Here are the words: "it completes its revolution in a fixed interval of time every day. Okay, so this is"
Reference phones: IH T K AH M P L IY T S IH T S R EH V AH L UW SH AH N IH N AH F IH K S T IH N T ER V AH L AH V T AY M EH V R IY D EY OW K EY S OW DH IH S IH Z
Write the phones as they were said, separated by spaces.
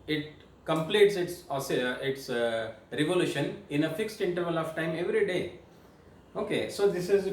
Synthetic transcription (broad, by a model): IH T K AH M P L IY T S IH T S R EH V AH L UW SH AH N IH N AH F IH K S T IH N T ER V AH L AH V T AY M EH V R IY D EY OW K EY S OW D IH S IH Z